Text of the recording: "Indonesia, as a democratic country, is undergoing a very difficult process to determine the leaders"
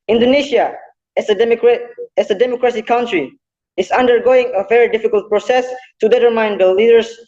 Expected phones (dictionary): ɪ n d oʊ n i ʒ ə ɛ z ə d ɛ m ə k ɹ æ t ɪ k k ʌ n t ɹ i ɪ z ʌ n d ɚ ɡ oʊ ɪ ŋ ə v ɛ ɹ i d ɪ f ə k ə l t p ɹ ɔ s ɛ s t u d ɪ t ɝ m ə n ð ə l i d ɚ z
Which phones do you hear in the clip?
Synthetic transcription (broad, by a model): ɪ n d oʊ n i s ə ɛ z ə d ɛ m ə k ɹ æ s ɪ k k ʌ n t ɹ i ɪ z ʌ n d ɚ ɡ oʊ ɪ ŋ ə v ɛ ɹ i d ɪ f ə k ə l t p ɹ ɔ s ɛ s t u d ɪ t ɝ m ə n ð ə l i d ɚ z